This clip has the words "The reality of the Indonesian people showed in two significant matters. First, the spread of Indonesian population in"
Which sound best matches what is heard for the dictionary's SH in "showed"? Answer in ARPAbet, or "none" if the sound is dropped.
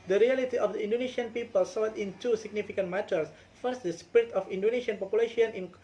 S